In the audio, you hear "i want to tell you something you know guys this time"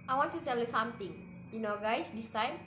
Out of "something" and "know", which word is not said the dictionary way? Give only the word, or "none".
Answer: something